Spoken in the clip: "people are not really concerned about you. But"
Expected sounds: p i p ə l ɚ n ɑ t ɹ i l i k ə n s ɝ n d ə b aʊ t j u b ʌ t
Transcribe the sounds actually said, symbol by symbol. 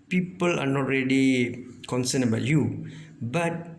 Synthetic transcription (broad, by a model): p i p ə l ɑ n ɑ t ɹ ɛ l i k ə n s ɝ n ə b aʊ t j u b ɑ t